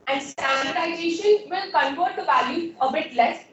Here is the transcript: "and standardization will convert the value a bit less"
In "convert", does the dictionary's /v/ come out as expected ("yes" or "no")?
no